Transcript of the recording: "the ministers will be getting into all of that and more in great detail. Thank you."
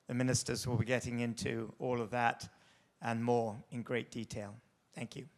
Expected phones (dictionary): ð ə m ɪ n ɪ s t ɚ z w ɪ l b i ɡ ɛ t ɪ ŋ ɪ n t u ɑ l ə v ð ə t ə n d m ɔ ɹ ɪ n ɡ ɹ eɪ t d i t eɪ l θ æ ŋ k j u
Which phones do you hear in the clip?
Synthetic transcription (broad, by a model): ð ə m ɪ n ɪ s t ɚ z w ɪ l b i ɡ ɛ t ɪ ŋ ɪ n t u ɑ l ə v ð ə t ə n m ɔ ɹ ɪ n ɡ ɹ eɪ t d i t eɪ l θ æ ŋ k j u